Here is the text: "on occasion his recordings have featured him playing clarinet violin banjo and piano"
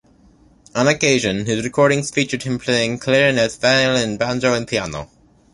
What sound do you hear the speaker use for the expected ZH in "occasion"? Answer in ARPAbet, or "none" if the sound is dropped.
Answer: ZH